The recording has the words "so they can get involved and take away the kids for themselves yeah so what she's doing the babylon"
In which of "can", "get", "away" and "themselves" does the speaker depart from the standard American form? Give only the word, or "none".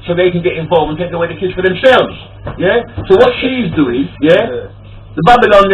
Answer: none